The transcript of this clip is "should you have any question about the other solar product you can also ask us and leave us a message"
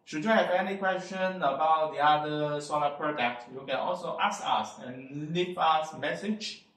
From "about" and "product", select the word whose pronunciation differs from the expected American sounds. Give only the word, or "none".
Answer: none